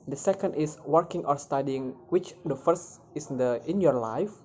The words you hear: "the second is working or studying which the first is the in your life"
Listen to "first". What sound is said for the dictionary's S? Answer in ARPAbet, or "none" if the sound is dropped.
S